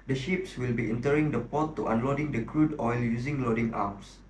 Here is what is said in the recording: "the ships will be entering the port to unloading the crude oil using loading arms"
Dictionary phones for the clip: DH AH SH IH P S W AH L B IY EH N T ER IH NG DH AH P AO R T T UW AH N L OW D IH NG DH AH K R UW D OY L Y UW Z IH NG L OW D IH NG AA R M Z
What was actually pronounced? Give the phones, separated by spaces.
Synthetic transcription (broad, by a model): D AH SH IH P S W AH L B IY EH N T ER IH NG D AH P AO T T UW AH N L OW D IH NG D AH K R UW D OY L Y UW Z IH NG L OW D IH NG AA M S